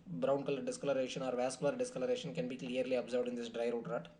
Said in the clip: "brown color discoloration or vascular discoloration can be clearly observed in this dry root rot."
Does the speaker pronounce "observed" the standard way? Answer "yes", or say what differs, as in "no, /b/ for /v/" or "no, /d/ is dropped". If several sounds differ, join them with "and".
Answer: yes